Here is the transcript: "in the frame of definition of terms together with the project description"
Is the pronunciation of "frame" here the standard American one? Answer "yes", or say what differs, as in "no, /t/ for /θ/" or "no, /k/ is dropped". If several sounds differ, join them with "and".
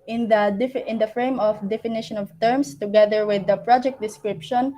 yes